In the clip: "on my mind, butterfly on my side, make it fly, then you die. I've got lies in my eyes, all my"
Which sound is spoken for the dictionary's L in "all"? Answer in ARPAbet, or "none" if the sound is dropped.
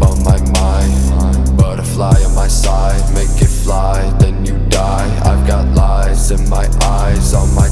N